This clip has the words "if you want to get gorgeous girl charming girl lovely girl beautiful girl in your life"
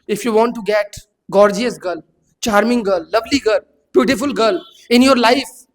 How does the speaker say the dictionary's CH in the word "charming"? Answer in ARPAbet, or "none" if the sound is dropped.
CH